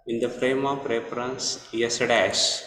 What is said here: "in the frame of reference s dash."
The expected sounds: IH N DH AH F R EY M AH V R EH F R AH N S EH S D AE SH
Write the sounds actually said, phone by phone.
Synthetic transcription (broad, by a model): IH N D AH F R EY M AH P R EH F R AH N S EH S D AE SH